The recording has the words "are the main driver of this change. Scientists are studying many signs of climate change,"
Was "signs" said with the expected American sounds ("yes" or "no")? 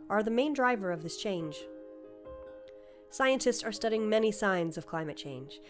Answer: yes